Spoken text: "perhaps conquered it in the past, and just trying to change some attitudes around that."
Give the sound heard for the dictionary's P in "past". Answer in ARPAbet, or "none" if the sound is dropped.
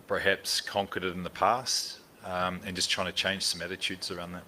P